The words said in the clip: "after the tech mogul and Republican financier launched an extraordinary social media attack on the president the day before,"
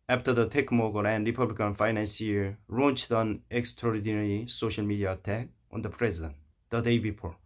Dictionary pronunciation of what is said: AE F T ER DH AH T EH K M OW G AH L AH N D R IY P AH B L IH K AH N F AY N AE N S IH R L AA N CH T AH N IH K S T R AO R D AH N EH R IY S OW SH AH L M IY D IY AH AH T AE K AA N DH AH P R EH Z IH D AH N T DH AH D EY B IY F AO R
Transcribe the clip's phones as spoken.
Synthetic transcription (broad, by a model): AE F T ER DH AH T EH K M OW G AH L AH N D R IY P AH B L IH K AH N F AY N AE N S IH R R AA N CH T AH N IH K S T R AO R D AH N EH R IY S OW SH AH L M IY D IY AH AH T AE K AA N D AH P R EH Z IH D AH N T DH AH D EY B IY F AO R